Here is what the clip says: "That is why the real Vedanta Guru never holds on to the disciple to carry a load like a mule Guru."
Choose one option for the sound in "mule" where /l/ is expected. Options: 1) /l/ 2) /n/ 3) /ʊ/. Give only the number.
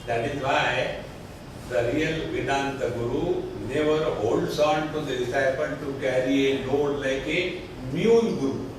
2